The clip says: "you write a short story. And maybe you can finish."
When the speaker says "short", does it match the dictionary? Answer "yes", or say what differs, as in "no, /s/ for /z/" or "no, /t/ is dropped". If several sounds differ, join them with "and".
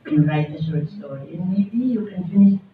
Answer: no, /s/ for /ʃ/